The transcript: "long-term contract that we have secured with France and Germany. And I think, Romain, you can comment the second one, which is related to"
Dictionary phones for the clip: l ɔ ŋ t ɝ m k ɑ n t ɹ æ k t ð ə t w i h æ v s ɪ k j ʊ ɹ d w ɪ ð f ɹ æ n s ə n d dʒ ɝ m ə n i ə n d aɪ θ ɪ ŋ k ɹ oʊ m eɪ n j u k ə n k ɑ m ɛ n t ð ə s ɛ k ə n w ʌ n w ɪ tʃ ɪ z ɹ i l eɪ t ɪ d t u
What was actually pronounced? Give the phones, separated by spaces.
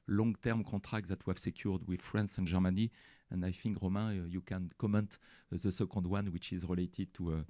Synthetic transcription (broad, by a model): l ɔ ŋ t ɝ m k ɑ t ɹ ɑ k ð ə t w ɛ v s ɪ k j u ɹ d w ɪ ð f ɹ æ n s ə n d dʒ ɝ m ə n i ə n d aɪ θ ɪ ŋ k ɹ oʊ m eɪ j u k ə n k ɑ m ɛ n t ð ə s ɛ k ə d w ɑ n w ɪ tʃ ɪ z ɹ i l eɪ t ɪ d t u